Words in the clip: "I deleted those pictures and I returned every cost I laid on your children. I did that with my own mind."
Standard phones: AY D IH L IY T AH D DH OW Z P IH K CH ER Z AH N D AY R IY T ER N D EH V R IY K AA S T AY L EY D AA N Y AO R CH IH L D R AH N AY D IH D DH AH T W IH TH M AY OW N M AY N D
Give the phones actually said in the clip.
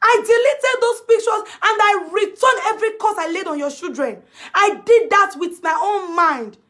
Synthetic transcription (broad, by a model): AY D IH L IY T AH D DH OW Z P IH K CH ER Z AH N D AY R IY T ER N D EH V R IY K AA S AY L EY D AA N Y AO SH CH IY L D R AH N AY D IH D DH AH T W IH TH M AY OW N M AY N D